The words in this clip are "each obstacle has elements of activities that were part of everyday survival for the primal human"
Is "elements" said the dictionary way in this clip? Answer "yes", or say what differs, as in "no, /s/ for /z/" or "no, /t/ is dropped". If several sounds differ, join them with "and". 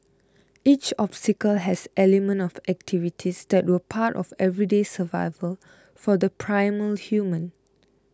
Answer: no, /s/ is dropped